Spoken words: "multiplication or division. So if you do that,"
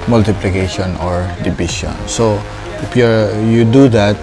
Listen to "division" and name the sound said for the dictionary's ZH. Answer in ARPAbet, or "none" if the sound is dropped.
SH